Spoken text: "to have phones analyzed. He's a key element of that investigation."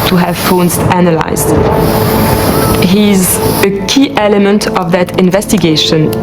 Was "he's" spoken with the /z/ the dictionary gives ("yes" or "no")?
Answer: yes